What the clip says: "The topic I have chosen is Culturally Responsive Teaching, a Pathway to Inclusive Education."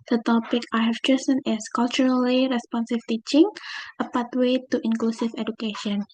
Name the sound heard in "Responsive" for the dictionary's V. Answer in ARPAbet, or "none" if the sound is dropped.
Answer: F